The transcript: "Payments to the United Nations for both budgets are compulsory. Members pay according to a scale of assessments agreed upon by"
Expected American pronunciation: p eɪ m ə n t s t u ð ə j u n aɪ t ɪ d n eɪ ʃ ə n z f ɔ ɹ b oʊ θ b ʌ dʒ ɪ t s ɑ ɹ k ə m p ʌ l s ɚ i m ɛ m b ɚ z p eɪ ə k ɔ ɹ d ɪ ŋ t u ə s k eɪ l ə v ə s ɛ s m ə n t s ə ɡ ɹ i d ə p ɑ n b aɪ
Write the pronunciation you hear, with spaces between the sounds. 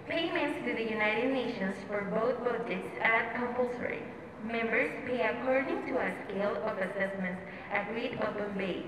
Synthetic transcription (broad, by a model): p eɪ m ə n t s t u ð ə j u n aɪ t ɪ d n eɪ ʃ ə n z f ɔ ɹ b oʊ t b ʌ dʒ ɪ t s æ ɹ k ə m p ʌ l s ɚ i m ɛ m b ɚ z p eɪ ə k ɔ ɹ d ɪ ŋ t u ə s k eɪ l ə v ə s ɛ s m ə n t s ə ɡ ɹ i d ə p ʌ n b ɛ